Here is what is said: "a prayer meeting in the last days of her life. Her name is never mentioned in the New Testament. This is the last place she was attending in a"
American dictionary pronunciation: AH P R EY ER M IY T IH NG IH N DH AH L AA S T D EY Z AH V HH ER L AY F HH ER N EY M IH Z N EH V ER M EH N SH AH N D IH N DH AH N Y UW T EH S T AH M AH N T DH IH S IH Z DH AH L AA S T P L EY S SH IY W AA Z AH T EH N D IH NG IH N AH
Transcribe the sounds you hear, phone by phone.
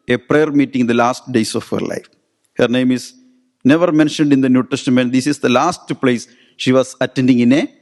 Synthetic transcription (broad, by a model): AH P R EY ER M IY T IH NG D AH L AA S T D EY S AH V HH ER L AY F HH ER N EY M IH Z N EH V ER M EH N SH AH N D IH N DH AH N Y UW T EH S T AH M AH N T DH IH S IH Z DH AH L AA S T P L EY S SH IY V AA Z AH T EH N D IH NG IH N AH